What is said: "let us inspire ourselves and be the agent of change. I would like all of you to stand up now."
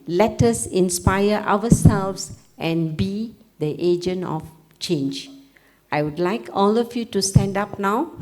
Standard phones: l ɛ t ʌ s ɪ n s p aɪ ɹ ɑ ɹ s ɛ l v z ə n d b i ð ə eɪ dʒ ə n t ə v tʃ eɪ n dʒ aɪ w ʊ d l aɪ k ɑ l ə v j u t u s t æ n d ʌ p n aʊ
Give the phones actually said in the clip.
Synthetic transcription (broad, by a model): l ɛ t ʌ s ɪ n s p aɪ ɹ ɑ w s ɛ l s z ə n b i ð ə eɪ dʒ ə n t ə f tʃ eɪ n dʒ aɪ w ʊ d l aɪ k ɑ l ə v j u t u s t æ n d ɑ p n aʊ